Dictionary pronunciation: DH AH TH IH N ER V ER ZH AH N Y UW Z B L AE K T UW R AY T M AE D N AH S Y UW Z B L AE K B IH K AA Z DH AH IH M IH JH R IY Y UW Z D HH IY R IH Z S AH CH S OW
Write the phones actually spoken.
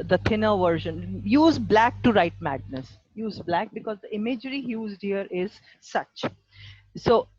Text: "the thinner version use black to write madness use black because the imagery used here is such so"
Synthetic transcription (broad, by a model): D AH T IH N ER V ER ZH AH N Y UW Z B L AE K T UW R AY T M AE D N AH S Y UW Z B L AE K B IH K AA Z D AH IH M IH JH R IY Y UW Z D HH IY R IH Z S AH CH S OW